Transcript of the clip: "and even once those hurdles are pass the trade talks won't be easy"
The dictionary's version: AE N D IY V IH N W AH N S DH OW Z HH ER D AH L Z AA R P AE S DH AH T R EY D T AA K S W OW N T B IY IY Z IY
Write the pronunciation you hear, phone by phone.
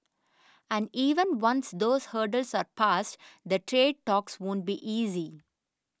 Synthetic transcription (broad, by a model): AE N D IY V IH N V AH N S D OW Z HH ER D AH L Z AA R P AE S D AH T R EY D T AA K S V OW N T B IY IY Z IY